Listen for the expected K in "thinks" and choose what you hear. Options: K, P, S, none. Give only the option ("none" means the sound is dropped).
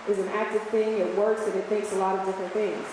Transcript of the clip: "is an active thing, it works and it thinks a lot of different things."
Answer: K